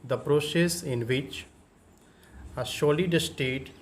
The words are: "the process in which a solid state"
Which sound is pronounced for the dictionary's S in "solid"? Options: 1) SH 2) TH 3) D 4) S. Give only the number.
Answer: 1